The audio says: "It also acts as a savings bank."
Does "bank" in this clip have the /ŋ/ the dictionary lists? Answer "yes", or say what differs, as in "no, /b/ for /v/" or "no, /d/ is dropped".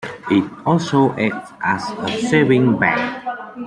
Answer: no, /ŋ/ is dropped